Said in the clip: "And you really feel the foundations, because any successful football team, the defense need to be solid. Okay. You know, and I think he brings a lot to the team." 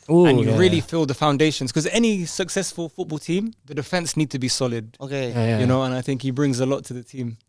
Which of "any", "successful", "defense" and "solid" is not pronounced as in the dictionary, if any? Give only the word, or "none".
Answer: none